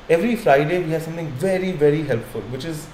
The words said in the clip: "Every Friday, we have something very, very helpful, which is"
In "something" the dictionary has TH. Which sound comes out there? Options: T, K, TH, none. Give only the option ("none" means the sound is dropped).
T